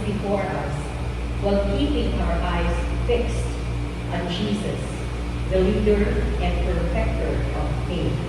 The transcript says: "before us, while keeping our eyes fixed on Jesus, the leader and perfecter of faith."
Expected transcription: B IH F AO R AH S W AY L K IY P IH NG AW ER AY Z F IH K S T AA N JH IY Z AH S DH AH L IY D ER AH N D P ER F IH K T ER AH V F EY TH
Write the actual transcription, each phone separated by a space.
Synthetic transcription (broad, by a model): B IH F AO R AH S W AY L K IY P IH NG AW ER AY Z F IH K S T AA N JH IY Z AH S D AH L IY D ER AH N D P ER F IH K T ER AH V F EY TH